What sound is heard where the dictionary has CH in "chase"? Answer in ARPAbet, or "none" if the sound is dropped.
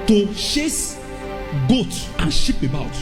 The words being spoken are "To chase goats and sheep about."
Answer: SH